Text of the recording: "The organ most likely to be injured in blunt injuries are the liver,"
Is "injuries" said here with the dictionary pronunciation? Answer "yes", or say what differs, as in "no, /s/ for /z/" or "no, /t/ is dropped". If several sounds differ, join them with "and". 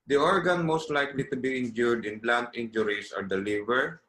no, /s/ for /z/